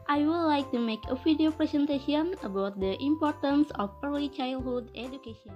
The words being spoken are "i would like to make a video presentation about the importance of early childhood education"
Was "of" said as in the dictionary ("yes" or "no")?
no